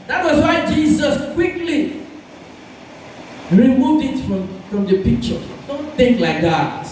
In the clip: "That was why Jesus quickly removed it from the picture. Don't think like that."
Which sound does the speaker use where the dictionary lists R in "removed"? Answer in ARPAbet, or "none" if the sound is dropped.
R